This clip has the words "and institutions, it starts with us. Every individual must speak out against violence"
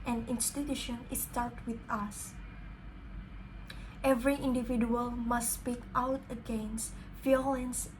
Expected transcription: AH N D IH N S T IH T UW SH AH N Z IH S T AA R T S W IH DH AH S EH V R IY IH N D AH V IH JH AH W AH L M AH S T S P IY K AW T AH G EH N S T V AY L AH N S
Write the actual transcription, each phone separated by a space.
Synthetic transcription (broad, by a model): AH N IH N S T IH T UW SH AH N IH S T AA L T W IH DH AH S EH V R IY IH N D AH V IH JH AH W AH L M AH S S P IY K AW T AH G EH N S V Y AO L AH N S